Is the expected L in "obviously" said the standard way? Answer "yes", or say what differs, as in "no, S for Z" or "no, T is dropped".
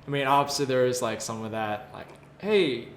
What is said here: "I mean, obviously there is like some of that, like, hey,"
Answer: no, L is dropped